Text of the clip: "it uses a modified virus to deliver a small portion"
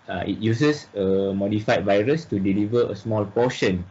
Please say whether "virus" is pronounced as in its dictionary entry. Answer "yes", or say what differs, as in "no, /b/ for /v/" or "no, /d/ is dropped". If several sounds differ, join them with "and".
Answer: yes